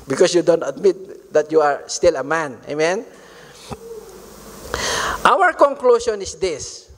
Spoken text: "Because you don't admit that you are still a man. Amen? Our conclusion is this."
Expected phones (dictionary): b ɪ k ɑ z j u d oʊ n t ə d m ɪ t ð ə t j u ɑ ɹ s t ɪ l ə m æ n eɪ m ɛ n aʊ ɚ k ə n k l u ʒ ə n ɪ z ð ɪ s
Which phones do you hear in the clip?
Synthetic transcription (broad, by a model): b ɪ k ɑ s j u d oʊ n t ə d m ɪ t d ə t j u ɑ ɹ s t ɪ l ə m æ n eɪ m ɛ n aʊ ɚ k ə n k l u s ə n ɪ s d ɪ s